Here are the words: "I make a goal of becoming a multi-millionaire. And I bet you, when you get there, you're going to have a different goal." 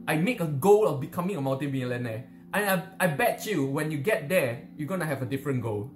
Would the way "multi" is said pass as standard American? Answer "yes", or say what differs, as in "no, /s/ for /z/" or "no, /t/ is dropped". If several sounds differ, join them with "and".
no, /n/ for /l/